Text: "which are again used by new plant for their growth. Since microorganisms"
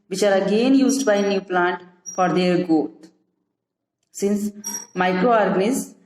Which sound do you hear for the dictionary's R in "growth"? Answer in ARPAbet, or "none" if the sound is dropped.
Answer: none